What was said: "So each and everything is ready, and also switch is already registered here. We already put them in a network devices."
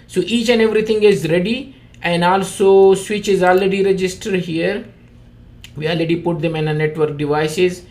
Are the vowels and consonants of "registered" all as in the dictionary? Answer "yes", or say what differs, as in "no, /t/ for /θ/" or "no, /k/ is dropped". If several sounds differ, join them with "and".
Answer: yes